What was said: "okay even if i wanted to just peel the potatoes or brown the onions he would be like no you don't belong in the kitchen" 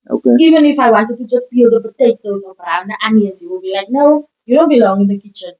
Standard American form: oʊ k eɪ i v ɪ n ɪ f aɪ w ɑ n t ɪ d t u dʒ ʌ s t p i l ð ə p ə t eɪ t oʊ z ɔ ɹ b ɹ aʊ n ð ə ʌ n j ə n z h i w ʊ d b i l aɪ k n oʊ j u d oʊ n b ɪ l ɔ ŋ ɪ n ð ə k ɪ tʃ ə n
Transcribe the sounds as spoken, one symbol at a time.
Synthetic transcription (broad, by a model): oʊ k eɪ i v ɪ n ɪ f aɪ w ɑ n t ɪ d t u dʒ ʌ s t b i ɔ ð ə b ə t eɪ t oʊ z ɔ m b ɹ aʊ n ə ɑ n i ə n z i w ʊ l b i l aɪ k n oʊ j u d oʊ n b ɪ l ɔ ŋ ɪ n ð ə k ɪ tʃ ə n